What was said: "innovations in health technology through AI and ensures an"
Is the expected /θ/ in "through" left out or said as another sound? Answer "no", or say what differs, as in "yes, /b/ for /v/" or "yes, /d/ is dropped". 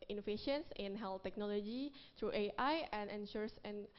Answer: yes, /t/ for /θ/